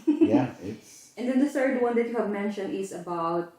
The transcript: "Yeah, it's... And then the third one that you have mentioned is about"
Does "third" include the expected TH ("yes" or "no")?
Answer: yes